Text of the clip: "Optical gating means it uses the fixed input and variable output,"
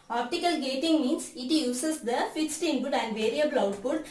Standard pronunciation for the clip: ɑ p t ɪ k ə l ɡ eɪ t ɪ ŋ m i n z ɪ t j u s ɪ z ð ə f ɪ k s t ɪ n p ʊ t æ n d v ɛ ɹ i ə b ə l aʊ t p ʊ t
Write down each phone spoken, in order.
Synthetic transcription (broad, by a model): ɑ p t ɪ k ə l ɡ eɪ t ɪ ŋ m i n s ɪ t j u s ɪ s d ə f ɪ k s t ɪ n b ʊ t æ n d v ɛ ɹ i ə b ə l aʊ t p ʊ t